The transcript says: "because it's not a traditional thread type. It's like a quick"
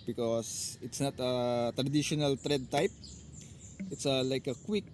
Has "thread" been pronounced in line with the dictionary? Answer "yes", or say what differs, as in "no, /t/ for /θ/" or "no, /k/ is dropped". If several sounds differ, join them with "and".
no, /t/ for /θ/